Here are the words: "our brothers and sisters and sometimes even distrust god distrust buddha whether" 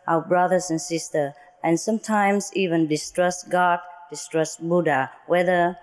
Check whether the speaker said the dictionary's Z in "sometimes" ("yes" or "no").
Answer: no